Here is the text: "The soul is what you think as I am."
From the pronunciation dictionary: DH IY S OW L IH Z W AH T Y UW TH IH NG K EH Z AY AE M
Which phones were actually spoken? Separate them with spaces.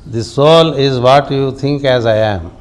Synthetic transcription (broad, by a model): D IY S OW L IH Z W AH T Y UW T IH NG K EH Z AY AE M